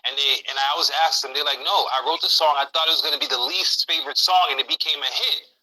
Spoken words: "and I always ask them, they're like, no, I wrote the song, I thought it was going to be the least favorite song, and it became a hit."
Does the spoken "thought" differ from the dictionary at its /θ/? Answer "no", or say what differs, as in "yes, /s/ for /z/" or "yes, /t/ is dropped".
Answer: no